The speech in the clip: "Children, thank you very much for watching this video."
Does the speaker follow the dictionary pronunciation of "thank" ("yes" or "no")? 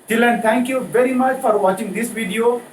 no